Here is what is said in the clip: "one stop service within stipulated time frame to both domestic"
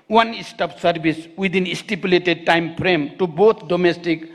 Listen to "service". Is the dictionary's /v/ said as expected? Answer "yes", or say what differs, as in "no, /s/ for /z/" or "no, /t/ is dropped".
no, /b/ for /v/